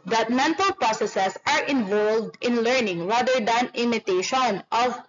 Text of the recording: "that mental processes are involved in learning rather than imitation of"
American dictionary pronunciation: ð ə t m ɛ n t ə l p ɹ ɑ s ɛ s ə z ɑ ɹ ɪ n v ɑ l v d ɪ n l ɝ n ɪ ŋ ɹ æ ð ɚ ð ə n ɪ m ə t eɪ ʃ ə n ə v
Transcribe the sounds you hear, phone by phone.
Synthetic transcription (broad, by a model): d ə t m ɛ n t ə l p ɹ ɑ s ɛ s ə s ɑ ɹ ɪ n v ɑ l v d ɪ n l ɝ n ɪ ŋ ɹ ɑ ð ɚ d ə n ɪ m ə t eɪ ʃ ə n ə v